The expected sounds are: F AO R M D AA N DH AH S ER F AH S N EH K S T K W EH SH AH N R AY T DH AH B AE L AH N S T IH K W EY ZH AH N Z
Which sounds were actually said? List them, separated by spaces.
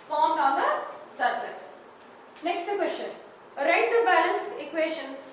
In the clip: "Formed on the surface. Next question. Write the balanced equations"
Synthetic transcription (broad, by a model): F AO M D AA N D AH S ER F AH S N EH K S T K W EH SH AH N R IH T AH B AE L AH N S T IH K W EY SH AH N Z